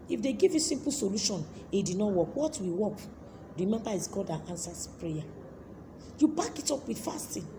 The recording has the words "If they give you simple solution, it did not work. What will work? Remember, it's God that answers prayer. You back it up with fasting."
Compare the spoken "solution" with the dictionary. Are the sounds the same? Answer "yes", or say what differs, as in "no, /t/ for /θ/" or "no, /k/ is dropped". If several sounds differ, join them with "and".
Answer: yes